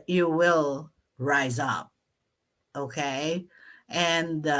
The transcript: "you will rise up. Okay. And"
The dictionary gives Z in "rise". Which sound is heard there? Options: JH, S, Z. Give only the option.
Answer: Z